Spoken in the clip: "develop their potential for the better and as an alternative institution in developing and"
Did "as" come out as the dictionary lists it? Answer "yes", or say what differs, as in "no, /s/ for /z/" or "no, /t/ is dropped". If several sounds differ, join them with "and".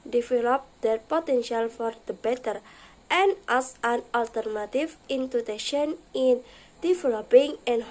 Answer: no, /s/ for /z/